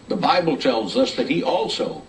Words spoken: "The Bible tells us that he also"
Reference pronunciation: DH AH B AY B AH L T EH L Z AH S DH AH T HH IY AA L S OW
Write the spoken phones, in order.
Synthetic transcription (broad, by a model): DH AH B AY B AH L T EH L Z AH S DH AH T HH IY AA L S OW